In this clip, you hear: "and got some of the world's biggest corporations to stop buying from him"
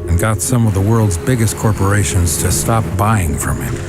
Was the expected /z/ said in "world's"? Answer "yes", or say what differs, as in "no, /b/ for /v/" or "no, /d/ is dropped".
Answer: yes